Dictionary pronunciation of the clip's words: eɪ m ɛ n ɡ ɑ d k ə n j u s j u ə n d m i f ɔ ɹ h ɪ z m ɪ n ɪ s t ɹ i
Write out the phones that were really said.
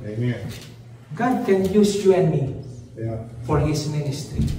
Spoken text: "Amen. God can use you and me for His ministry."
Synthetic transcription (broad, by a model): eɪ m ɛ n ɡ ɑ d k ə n j u s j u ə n m i f ɔ ɹ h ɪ s m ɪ n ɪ s t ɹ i